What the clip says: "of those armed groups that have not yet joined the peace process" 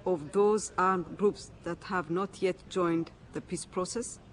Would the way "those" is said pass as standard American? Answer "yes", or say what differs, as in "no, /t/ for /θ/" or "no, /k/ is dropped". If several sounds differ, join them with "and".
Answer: yes